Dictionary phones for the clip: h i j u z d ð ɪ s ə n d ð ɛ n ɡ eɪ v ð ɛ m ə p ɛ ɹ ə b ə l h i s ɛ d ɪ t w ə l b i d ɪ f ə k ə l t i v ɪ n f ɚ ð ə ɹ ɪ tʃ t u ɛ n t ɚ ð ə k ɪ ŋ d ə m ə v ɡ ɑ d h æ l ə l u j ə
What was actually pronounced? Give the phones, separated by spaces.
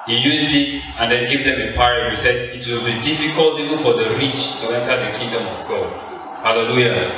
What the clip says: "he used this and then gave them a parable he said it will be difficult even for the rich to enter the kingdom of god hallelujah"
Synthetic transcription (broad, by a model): h i j u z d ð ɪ s ə n d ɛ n ɡ eɪ v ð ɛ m ə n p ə ə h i s ɛ d ɪ t w ə l b i d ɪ f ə k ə l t i v ɪ n f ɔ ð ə ɹ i tʃ t u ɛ n t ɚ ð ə k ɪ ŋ d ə m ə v ɡ ɑ d h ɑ l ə l u j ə